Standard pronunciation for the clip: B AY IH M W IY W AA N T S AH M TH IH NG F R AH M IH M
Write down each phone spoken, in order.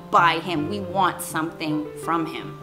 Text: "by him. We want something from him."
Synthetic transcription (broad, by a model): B AY IH M W IY W AA N T S AH M TH IH NG F R AH M IH M